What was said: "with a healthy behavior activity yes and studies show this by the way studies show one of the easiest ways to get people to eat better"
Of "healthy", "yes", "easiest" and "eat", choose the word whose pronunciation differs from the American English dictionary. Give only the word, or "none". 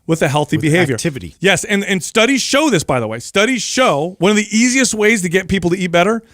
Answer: none